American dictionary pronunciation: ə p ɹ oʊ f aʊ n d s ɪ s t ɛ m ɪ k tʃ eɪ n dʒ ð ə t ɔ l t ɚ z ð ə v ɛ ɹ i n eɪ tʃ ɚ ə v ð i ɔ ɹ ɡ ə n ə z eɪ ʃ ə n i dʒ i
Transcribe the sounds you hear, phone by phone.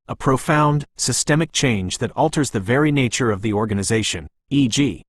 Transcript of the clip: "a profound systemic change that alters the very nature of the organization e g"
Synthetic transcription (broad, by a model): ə p ɹ oʊ f aʊ n d s ɪ s t ɛ m ɪ k tʃ eɪ n dʒ ð ə t ɔ l t ɚ z ð ə v ɛ ɹ i n eɪ tʃ ɚ ə v ð i ɔ ɹ ɡ ə n ə z eɪ ʃ ə n i dʒ i